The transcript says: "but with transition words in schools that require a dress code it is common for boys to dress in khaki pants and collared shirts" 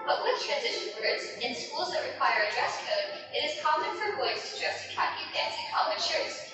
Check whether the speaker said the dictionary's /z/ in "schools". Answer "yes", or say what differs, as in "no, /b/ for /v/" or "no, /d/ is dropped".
yes